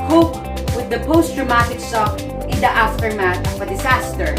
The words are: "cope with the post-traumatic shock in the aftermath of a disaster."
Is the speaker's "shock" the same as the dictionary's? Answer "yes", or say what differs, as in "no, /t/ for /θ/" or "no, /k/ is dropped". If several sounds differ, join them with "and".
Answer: no, /s/ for /ʃ/